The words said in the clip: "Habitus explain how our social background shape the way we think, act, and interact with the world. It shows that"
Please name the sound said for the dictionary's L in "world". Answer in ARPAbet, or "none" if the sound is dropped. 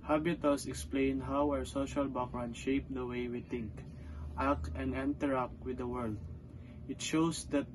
L